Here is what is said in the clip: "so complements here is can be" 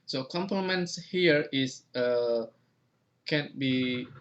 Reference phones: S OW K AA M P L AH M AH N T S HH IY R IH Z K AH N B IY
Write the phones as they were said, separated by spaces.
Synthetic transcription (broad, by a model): S OW K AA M P AH M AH N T S HH IY R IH S K AH N B IY